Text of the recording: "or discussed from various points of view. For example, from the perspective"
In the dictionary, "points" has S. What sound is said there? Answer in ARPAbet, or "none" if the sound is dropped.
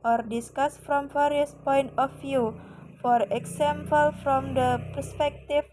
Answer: none